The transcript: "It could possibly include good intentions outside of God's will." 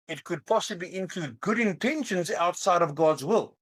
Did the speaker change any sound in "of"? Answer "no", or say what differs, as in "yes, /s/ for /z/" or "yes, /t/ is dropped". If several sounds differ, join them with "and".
no